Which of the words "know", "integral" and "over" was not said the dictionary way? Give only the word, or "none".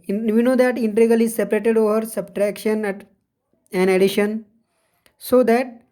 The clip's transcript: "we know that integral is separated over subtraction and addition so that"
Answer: integral